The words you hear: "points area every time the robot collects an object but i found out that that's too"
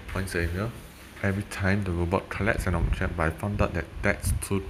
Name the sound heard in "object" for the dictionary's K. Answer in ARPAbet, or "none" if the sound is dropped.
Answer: none